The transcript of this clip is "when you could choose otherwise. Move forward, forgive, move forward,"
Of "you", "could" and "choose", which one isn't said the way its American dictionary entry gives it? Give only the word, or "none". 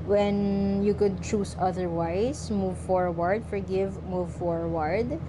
choose